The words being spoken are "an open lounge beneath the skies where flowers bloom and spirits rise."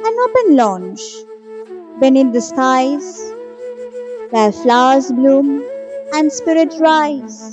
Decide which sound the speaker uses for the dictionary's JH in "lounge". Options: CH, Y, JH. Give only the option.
CH